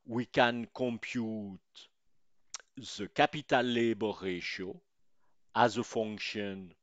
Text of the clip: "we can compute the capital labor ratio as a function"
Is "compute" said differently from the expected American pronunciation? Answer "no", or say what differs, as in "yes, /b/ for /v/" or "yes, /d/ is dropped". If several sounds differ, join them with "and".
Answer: no